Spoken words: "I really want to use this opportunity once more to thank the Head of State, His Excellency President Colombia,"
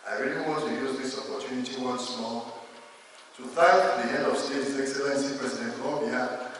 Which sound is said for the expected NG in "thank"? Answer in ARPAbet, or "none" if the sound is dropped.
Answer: none